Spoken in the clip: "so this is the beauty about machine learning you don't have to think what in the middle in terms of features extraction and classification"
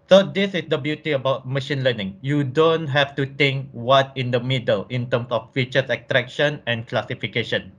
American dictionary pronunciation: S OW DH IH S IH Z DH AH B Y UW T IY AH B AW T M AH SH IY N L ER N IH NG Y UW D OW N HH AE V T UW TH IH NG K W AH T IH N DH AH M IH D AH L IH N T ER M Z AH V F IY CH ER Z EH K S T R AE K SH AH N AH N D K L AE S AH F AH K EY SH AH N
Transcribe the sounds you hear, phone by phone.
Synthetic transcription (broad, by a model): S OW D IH S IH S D AH B Y UW T IY AH B AW T M AH SH IY N L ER N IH NG Y UW D OW N HH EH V T UW T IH NG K W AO T IH N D AH M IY D AH L IH N T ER M S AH F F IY CH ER S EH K T R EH K SH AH N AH N K L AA S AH F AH K EY SH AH N